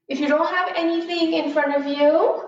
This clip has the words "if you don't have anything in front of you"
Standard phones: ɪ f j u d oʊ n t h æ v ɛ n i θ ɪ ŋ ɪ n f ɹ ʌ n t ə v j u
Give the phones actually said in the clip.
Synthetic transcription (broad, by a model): ɪ f j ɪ d oʊ n t h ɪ v ɛ n i θ ɪ ŋ ɪ n f ɹ ʌ n t ə v j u